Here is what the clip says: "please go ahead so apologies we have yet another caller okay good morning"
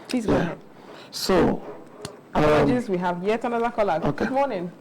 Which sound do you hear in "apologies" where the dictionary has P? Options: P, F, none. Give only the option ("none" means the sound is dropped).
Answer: none